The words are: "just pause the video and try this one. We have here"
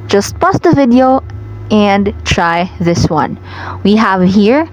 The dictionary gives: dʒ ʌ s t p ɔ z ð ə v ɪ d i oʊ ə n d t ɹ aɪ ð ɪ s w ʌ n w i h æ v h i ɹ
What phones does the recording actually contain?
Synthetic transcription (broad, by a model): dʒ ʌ s t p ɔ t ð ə v ɪ d i oʊ ə n d t ɹ aɪ ð ɪ s w ʌ n w i h æ v h i ɹ